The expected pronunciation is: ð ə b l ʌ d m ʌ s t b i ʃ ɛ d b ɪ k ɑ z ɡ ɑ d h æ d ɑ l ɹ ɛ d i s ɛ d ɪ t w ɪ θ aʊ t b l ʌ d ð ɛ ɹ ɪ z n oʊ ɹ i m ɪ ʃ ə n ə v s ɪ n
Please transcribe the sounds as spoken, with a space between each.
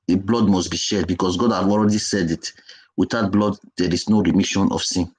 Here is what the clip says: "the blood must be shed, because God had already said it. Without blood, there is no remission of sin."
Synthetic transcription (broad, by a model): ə b l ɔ d m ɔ s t b i ʃ ɛ d b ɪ k ɑ s ɡ ɑ d h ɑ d ɑ l ɹ ɛ d i s ɛ d ɪ t w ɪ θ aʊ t b l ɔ d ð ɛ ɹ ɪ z n oʊ ɹ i m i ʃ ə n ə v s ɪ n